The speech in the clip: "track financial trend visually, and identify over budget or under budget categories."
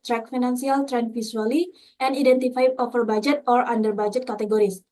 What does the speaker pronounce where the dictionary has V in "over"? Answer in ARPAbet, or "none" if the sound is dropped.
F